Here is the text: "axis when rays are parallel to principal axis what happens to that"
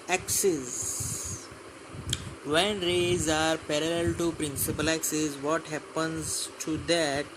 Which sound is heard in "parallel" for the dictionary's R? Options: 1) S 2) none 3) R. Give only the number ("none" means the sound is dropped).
3